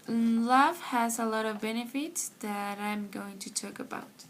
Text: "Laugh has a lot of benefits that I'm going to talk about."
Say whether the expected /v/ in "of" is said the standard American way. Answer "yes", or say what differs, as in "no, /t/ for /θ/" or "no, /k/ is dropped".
yes